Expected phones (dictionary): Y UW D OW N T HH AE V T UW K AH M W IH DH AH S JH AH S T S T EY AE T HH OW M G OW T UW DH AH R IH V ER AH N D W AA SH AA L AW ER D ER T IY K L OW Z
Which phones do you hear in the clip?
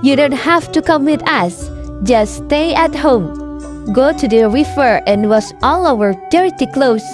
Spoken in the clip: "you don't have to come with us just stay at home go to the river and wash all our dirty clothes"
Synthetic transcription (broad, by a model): Y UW D OW N T HH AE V T UW K AH M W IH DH AH S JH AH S S T EY AE T HH OW M G OW T UW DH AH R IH F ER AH N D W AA S AA L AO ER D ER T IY K L OW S